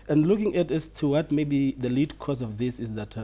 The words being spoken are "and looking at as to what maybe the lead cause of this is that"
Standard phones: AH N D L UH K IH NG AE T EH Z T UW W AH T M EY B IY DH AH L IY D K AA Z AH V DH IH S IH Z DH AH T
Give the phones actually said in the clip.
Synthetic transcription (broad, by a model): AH N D L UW K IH NG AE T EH S T UW W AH T M EY B IY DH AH L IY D K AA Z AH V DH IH S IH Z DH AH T